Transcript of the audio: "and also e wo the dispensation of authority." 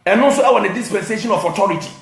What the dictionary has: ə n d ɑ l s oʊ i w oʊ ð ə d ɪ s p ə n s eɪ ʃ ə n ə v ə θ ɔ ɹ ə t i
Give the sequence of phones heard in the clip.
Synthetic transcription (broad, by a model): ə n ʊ s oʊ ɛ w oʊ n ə d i s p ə n s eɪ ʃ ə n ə f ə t ɔ ɹ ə t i